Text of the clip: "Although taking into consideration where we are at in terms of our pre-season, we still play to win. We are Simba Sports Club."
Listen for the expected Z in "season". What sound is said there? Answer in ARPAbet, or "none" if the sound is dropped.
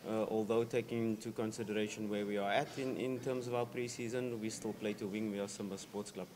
Z